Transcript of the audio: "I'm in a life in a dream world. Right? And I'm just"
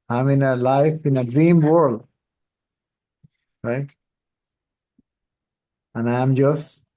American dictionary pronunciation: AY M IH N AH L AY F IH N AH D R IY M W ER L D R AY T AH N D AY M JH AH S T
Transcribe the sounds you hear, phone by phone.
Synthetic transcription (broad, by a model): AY M IH N AH L AY F IH N AH D R IY M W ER L D R AY T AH N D AY M JH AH S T